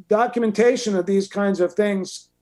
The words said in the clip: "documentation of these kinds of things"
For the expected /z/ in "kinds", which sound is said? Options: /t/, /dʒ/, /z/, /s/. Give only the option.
/z/